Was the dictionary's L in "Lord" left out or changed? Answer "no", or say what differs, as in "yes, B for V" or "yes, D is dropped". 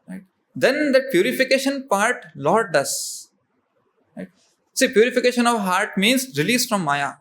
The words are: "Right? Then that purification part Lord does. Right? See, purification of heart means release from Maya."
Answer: no